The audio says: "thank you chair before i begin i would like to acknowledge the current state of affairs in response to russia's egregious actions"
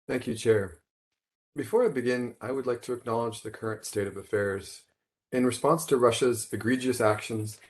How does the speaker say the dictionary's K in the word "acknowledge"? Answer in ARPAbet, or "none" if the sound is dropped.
K